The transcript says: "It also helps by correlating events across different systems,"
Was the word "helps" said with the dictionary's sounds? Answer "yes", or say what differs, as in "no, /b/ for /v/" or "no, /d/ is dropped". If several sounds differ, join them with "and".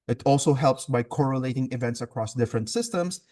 yes